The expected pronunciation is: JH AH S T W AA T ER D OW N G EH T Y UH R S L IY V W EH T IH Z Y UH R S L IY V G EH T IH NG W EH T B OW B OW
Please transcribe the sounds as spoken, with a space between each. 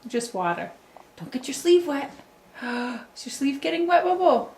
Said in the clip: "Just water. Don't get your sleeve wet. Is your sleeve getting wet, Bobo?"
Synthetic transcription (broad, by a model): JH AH S T W AA T ER D OW N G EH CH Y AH R S L IY V W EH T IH S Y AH R S L IY V G EH T IH NG W EH T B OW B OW